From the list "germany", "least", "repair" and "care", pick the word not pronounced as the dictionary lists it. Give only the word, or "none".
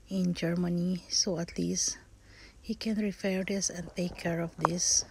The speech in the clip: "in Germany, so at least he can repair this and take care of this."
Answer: repair